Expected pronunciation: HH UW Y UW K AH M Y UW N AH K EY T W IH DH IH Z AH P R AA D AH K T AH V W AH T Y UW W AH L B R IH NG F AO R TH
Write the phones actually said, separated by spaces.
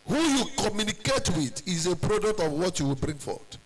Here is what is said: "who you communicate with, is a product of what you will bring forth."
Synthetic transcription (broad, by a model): HH UW Y UW K AH M Y UW N AH K EY T W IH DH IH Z AH P R AA D AH K T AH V W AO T Y UW W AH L B R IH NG F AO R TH